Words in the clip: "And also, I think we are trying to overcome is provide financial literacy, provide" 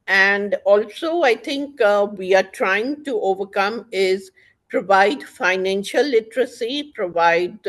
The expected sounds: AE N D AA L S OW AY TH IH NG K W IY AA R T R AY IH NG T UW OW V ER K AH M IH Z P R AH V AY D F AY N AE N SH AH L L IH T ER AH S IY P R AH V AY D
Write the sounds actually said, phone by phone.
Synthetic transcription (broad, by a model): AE N D AA L S OW AY T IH NG K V IY AA R T R AY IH NG T UW OW V ER K AH M IH Z P R AH V AY D F AY N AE N SH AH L L IH T ER AH S IY P R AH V AY D